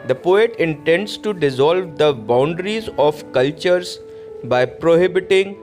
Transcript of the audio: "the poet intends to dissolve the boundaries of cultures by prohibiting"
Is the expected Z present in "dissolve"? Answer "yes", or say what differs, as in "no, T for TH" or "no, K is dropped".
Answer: yes